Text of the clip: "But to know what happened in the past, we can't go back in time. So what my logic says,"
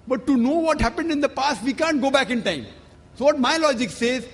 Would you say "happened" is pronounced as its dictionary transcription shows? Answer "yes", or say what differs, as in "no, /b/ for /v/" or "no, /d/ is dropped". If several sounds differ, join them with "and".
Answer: yes